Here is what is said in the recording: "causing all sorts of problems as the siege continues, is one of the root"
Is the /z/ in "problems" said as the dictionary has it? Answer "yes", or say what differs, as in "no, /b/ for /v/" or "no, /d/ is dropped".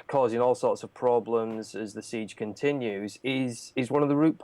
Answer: yes